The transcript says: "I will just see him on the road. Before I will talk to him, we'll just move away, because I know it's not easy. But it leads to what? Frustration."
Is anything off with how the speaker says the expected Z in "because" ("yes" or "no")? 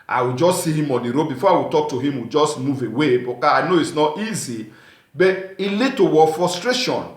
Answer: yes